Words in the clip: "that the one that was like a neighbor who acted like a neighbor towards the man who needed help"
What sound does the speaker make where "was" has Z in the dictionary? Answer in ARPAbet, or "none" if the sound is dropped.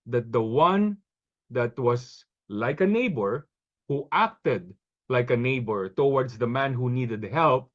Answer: S